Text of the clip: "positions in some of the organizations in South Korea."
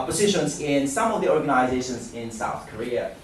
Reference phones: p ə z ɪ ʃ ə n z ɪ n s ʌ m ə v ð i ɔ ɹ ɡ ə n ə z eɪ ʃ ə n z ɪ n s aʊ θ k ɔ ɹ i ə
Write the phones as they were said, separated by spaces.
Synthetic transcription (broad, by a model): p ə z ɪ ʃ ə n z ɪ n s ʌ m ə v ð i ɔ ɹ ɡ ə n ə z eɪ ʃ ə n z ɪ n s aʊ θ k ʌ ɹ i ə